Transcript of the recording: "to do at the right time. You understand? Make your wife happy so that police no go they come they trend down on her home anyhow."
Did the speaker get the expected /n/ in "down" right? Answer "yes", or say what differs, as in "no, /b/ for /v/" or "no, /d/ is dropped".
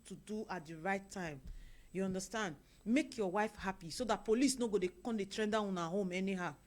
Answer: no, /n/ is dropped